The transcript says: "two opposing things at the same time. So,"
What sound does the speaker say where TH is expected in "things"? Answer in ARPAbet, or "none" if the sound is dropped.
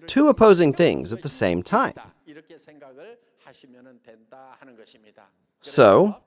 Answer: TH